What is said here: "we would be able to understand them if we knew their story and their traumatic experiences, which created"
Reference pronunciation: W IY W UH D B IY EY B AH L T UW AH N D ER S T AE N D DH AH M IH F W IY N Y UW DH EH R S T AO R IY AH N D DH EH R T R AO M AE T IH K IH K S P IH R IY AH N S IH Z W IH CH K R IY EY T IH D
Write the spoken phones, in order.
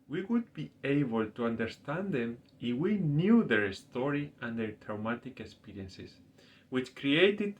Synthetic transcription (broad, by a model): W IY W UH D B IY EY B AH L T UW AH N D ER S T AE N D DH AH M IH F W IY N Y UW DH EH R S T AO R IY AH N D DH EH R T R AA M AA T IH K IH K S P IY R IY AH N S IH S W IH CH K R IY EY T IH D